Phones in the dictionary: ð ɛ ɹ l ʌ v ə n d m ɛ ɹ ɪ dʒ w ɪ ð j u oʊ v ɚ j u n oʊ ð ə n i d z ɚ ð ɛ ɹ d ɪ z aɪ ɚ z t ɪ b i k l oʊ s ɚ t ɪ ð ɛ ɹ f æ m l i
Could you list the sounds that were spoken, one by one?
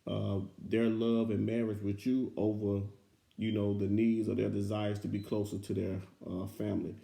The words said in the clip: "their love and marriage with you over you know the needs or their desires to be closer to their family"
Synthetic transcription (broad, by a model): ð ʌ ɹ l ʌ v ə n m ɛ ɹ ɪ dʒ w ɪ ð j oʊ v ɚ j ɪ n oʊ ð ə n i d z ɚ ð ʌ ɹ d ɪ z aɪ ɚ z t ɪ b i k l oʊ s ɚ t ɪ ð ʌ ɹ f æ m l i